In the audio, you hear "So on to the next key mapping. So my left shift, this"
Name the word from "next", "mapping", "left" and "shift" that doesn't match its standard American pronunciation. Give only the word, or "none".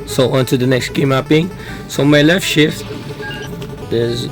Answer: mapping